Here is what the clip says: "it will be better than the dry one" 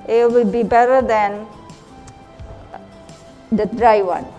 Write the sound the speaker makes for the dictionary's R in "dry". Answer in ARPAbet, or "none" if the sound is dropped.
R